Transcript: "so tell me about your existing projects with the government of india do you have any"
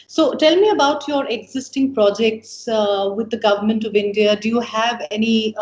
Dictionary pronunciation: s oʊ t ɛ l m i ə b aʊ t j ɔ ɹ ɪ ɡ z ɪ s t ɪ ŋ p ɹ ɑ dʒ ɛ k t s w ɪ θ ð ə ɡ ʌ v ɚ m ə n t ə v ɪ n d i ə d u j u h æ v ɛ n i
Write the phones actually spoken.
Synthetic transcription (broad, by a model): s oʊ t ɛ l m i ə b aʊ t j ɔ ɹ ɪ ɡ z ɪ s t ɪ ŋ p ɹ ɑ dʒ ɛ k t s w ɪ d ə ɡ ʌ v ɚ m ə n t ə v ɪ n d i ə d u j u h æ v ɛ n i